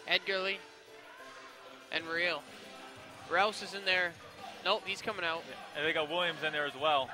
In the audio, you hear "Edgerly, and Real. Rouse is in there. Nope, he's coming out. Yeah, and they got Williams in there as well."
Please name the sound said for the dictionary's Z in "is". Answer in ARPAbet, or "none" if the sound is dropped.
Z